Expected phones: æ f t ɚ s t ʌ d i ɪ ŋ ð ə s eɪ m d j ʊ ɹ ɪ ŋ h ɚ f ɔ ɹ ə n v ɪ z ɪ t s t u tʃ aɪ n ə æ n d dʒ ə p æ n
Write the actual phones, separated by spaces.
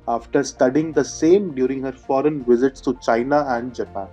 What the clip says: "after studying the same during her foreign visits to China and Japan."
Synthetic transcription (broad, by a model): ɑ f t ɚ s t ʌ d i ɪ ŋ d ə s eɪ m d j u ɹ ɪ ŋ h ɚ f ɔ ɹ ə n v ɪ z ɪ t s t u tʃ aɪ n ə æ n d dʒ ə p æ n